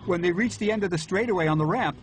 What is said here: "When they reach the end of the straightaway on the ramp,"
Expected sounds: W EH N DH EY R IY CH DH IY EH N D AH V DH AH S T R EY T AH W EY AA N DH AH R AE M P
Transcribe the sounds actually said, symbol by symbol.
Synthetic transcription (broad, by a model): W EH N DH EY R IY CH DH IY EH N D AH V DH AH S T R EY T AH W EY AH N DH AH R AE M P